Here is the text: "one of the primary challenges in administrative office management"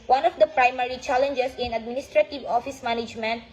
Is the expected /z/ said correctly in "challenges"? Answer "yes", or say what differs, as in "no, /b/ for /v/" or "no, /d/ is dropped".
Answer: no, /s/ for /z/